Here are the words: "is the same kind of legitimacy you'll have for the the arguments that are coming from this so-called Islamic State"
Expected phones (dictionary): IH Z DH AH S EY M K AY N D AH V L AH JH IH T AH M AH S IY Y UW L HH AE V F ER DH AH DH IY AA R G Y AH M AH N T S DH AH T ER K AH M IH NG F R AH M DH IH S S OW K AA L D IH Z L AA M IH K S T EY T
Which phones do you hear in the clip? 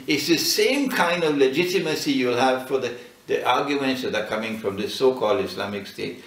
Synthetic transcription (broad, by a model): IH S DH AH S EY M K AY N D AH V L AH JH IH T AH M AH S IY Y UW L HH AE V F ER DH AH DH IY AA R G Y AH M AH N T S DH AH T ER K AH M IH NG F R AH M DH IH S S OW K AA L D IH S L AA M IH K S T EY T